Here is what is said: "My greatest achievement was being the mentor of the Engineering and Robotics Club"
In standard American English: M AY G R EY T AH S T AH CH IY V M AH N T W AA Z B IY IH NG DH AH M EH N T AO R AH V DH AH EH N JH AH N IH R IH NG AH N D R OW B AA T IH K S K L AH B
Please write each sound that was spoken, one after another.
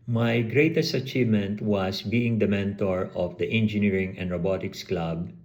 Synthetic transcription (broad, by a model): M AY G R EY T AH S T AH CH IY V M AH N T W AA S B IY IH NG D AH M EH N T AO R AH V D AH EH N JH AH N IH R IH NG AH N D R OW B AA T IH K S K L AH B